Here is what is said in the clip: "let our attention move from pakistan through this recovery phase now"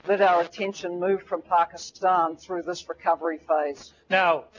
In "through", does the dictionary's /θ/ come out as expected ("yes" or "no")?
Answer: yes